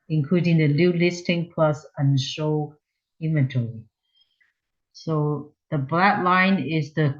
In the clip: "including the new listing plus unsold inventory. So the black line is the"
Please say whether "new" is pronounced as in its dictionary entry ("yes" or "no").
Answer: no